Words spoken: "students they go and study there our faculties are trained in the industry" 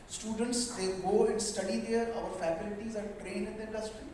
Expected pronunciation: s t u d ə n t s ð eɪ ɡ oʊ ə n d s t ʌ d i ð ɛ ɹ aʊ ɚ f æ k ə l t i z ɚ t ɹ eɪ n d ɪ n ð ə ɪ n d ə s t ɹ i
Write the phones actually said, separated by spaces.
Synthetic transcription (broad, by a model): s t u d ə n t s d eɪ ɡ oʊ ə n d s t ʌ d i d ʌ ɹ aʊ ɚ f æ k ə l t i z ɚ t ɹ eɪ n ɪ n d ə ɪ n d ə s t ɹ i